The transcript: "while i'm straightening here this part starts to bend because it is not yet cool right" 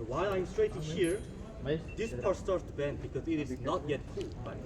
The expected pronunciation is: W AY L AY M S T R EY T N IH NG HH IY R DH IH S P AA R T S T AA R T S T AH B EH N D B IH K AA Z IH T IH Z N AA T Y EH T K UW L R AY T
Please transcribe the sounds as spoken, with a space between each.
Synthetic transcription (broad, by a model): W AY L AY M S T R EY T IH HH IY R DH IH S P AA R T S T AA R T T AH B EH N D B IH K AA Z IH T IH Z N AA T Y EH T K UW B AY